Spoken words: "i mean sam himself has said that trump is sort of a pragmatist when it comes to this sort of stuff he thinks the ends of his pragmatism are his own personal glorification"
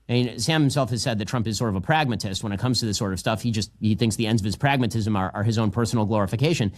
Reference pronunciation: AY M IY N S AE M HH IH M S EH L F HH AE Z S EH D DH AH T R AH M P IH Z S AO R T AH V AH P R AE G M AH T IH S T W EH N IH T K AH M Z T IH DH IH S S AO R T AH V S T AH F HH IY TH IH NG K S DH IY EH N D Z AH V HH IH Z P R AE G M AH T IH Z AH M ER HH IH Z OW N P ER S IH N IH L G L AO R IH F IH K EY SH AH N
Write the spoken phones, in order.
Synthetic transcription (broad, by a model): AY M IY N S AE M HH IH M S EH L F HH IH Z S EH D DH AH T R AH M P IH Z S AO R T AH V AH P R AE G M AH T IH S T W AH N IH T K AH M Z T IH DH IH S S AO R T AH V S T AH F HH IY TH IH NG K S DH IY EH N D Z AH V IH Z P R AE G M AH T IH Z AH M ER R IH Z OW N P ER S N L G L AO R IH F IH K EY SH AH N